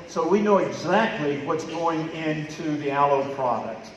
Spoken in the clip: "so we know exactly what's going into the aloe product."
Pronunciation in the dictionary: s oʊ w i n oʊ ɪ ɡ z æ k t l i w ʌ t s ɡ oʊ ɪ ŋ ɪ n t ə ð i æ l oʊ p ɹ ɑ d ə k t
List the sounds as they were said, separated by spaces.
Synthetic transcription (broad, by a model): s oʊ w i n oʊ ɪ ɡ z æ k t l i w ʌ t s ɡ oʊ ɪ ŋ ɪ n t ə ð i æ l oʊ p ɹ ɑ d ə k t